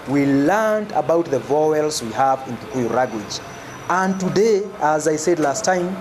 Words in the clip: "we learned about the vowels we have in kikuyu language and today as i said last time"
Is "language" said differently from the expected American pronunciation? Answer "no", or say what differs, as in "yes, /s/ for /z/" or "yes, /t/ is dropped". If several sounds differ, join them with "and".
yes, /ŋ/ is dropped